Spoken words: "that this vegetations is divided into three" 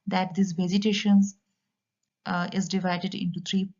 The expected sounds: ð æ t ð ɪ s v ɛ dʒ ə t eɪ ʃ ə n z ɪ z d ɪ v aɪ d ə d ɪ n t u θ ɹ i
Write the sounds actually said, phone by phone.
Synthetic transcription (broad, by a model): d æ t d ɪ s v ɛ z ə t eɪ ʃ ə n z ɪ z d ɪ v aɪ d ə d ɪ n t u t ɹ i